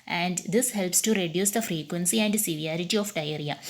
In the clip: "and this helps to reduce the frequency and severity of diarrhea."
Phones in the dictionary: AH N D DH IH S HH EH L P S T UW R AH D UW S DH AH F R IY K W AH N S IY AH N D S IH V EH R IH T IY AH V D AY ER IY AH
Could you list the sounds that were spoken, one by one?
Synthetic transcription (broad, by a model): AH N D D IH S HH EH L P S T UW R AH D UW S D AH F R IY K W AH N S IY AH N D S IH V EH R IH T IY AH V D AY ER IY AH